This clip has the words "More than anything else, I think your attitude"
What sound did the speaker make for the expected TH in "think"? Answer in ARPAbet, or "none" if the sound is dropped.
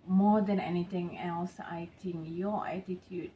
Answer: T